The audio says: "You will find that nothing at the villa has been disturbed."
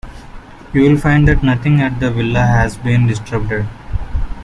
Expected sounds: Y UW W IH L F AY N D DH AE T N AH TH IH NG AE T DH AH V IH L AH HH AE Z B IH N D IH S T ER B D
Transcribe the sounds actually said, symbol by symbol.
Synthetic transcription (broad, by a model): Y UW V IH L F AY N D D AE T N AH T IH NG AE T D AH V IH L AH HH AE Z B IH N D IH S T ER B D